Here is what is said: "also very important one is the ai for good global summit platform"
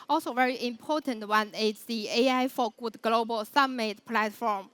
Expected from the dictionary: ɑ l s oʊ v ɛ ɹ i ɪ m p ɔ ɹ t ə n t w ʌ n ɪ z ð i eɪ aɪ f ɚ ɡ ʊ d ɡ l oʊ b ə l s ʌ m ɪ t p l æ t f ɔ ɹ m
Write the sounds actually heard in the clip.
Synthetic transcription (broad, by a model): ɑ l s oʊ v ɛ ɹ i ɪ m p ɔ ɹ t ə n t w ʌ n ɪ s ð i eɪ aɪ f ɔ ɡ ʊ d ɡ l oʊ b ə l s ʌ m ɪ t p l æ t f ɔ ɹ m